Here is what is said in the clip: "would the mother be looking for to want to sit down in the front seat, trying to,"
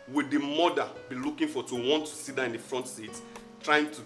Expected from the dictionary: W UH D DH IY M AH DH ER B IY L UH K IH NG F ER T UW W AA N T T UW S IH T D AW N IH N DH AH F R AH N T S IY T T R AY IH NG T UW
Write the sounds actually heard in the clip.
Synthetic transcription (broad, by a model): W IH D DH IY M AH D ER B IY L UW K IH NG F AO T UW W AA N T T UW S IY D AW IH N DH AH F R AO N T S IY T T R AY IH NG T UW